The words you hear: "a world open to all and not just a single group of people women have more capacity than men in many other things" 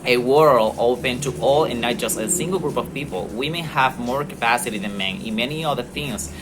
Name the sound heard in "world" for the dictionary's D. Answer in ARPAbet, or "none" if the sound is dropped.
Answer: none